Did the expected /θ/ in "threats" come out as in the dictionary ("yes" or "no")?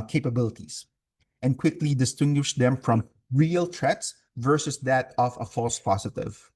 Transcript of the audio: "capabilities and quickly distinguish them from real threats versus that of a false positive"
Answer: no